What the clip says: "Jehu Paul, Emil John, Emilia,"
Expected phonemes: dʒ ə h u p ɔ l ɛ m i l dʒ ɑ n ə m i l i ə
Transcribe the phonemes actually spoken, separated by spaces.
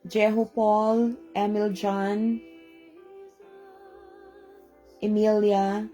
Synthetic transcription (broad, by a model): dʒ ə h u p ɔ l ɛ m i l dʒ ɑ n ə m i l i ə